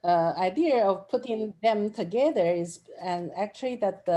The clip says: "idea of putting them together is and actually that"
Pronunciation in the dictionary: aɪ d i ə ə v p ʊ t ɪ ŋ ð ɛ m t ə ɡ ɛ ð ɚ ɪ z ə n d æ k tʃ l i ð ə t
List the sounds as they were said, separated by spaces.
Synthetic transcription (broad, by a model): aɪ d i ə ə v p ʊ t ɪ ŋ ð ɛ m t ə ɡ ɛ ð ɚ ɪ z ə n æ k tʃ l i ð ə t